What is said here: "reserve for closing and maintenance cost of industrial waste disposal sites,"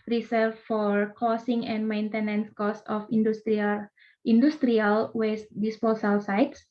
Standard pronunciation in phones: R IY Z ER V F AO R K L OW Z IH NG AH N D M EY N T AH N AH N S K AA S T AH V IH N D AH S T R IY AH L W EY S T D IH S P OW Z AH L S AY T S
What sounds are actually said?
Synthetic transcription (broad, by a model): R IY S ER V F AO R K OW S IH NG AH N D M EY N T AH N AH N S K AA S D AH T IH N D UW S T R IY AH L W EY S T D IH S P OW S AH L S AY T S